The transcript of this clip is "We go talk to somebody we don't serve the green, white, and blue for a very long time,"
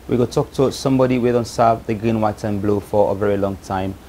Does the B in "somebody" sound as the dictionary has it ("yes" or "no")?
yes